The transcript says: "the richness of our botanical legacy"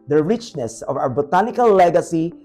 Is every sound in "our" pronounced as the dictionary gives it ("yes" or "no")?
no